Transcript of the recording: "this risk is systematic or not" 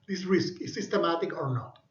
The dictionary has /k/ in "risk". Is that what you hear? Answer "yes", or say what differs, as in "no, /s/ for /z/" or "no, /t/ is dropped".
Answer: yes